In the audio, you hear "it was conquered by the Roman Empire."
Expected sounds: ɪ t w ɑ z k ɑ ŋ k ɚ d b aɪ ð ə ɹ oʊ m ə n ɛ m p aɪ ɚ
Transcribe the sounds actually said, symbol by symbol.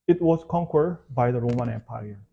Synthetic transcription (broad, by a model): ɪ t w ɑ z k ɑ ŋ k ɚ d b aɪ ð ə ɹ oʊ m ə n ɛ m p aɪ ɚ